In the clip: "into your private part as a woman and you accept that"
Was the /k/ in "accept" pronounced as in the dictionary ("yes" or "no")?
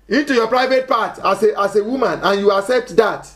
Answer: yes